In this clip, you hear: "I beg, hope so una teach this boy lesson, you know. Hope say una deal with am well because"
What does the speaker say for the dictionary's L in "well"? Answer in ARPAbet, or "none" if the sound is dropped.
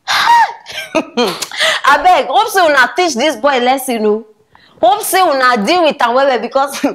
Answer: W